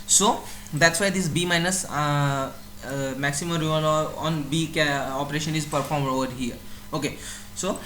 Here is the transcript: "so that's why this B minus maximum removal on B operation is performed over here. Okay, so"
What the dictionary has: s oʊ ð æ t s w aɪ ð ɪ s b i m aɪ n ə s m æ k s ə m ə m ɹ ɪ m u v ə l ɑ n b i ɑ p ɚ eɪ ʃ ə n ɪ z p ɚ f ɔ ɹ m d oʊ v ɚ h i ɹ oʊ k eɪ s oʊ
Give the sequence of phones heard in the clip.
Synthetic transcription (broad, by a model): s oʊ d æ t s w aɪ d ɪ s b i m aɪ n ə s m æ k s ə m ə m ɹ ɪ ʌ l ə ɑ n b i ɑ p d eɪ ʃ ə n ɪ z p ɚ f ɔ ɹ m d oʊ v ɚ h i ɹ oʊ k eɪ s oʊ